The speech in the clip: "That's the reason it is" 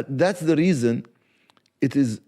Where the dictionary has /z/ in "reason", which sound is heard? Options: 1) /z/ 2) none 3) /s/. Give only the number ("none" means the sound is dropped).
1